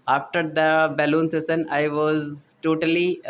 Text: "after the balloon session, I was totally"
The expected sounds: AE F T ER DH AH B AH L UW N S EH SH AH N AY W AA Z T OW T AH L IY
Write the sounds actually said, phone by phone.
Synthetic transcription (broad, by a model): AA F T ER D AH B AH L UW N S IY S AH N AY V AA Z T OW T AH L IY